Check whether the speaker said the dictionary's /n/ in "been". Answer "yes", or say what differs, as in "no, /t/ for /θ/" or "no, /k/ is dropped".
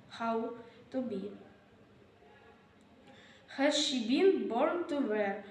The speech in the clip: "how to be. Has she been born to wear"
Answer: no, /l/ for /n/